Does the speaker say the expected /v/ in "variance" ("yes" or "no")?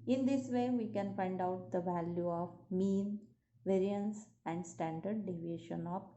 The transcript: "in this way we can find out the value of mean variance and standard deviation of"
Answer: yes